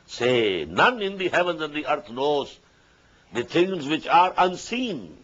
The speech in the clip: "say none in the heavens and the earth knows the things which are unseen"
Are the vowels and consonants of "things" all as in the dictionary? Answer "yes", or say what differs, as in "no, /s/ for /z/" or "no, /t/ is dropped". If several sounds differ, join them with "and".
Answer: no, /t/ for /θ/